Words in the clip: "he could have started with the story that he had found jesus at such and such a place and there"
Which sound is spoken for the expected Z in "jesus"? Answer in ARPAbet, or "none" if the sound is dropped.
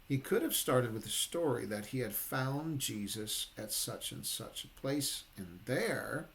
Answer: Z